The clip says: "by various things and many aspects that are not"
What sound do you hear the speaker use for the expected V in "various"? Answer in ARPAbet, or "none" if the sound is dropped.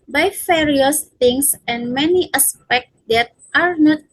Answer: F